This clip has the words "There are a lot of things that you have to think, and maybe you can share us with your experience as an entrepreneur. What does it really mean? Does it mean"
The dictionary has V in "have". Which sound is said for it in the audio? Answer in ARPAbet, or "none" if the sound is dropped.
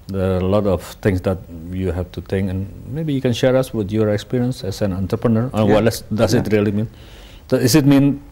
F